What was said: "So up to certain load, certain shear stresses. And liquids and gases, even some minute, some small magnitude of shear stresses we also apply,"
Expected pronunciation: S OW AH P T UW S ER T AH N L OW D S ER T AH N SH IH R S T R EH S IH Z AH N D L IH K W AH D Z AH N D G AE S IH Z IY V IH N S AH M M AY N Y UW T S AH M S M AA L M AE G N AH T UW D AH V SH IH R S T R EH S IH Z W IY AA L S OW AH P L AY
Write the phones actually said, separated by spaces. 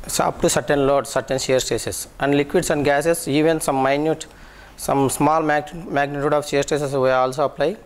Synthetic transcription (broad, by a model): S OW AH P T UW S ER T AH N L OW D S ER T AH N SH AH R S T EH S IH S AH N D L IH K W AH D S AH N D G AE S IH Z IY V IH N S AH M M AY N Y UW T S AH M S M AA L M AE G N AH T UW D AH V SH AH R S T EH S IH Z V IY AA L S OW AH P L AY